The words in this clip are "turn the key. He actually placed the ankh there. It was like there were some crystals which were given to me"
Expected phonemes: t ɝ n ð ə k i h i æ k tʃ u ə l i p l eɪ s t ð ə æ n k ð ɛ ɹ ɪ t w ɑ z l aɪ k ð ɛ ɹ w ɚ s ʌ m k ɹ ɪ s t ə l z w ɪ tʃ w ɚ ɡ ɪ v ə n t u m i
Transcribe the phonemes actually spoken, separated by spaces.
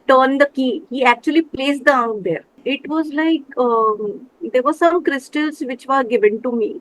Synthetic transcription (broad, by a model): t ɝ n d ə k i h i æ k tʃ u ə l i p l eɪ s t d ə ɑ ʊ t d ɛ ɹ ɪ t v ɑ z l aɪ k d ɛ ɹ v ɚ s ʌ m k ɹ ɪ s t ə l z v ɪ tʃ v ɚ ɡ ɪ v ə n t u m i